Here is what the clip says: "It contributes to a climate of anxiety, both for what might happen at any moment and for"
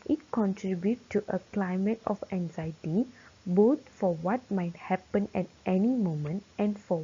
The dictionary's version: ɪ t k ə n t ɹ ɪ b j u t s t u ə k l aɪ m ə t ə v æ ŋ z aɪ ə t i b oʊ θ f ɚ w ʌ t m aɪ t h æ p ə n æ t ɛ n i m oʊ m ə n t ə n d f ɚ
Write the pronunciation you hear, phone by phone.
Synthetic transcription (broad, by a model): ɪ t k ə n t ɹ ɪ b j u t t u ə k l aɪ m ə t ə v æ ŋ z aɪ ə t i b oʊ t f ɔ w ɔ t m aɪ t h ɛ p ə n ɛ t ɛ n i m oʊ m ə n t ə n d f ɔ